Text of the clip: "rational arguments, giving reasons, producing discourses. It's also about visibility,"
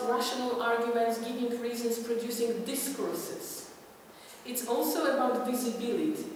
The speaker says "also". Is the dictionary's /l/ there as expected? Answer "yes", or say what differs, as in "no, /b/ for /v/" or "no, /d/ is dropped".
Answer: yes